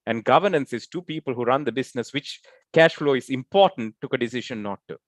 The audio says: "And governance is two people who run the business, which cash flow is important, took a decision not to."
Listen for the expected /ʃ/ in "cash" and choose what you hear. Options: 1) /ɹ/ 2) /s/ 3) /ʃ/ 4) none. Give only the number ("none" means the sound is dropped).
3